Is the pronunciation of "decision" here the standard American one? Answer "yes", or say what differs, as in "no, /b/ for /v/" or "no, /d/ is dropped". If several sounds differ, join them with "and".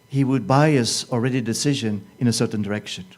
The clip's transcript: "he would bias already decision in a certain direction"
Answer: yes